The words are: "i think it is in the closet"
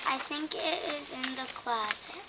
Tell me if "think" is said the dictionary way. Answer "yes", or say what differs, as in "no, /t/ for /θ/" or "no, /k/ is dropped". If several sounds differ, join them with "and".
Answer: yes